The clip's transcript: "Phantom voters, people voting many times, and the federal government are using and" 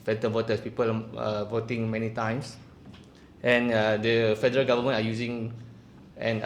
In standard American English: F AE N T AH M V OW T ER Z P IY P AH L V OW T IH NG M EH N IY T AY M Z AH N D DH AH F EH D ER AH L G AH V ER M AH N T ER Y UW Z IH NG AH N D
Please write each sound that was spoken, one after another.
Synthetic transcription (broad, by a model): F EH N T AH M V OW T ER S P IY P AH L V OW T IH NG M EH N IY T AY M S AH N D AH F EH D ER AH L G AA V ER M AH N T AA Y UW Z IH NG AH N